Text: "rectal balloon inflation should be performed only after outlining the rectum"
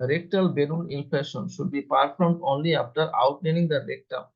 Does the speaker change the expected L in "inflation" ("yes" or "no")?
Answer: yes